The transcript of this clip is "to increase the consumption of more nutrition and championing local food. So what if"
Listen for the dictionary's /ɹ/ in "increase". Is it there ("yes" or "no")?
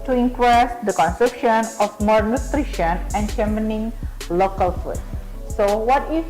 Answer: no